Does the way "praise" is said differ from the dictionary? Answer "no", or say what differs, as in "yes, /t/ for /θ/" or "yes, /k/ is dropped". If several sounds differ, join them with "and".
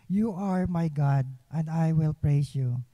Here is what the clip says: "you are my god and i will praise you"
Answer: yes, /s/ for /z/